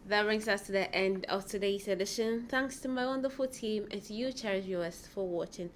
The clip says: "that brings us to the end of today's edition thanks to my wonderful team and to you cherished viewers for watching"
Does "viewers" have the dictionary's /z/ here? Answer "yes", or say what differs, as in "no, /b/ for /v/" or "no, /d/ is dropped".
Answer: no, /s/ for /z/